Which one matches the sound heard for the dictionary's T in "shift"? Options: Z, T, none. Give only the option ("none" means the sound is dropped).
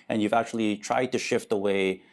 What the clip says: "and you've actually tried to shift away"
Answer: T